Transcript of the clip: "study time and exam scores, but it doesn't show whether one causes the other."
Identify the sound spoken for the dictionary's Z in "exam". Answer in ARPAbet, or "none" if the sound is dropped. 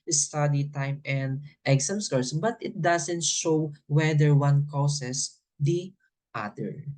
S